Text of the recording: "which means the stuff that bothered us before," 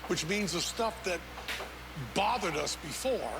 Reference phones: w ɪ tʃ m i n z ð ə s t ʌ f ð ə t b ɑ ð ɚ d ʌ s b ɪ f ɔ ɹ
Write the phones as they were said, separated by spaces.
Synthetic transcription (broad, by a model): w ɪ tʃ m i n z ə s t ʌ f ð ə t b ɑ ð ɚ d ʌ s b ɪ f ɔ ɹ